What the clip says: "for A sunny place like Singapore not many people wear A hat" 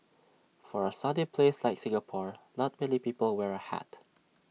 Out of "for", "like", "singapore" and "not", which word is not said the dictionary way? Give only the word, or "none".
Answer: not